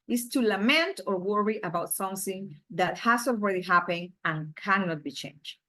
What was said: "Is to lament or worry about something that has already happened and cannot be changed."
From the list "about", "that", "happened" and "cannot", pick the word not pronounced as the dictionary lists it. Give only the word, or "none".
happened